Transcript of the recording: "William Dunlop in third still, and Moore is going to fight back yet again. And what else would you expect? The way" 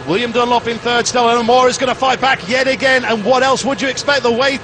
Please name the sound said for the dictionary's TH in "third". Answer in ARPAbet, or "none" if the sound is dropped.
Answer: TH